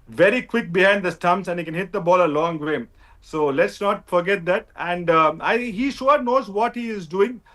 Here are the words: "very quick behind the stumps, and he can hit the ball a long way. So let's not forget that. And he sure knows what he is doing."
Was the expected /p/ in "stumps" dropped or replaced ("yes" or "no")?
yes